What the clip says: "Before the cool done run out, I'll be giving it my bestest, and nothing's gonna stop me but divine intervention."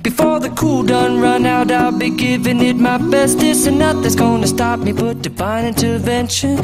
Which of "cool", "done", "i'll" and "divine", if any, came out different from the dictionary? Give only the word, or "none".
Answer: divine